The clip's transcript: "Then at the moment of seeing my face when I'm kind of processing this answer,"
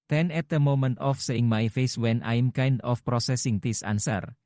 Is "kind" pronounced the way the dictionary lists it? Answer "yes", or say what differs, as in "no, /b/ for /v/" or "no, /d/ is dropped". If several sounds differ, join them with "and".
yes